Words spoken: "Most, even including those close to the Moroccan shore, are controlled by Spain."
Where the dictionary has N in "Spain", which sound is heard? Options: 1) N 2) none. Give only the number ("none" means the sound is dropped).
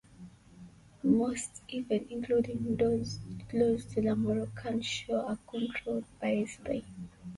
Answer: 2